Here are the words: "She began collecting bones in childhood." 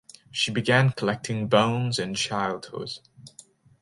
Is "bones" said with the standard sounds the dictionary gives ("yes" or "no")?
yes